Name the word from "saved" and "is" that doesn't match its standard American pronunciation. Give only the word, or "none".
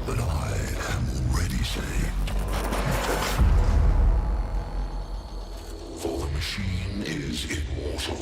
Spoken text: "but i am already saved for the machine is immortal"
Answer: none